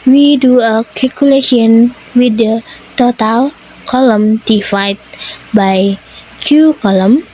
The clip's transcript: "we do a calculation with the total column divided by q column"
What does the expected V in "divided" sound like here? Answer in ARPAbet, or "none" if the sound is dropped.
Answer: F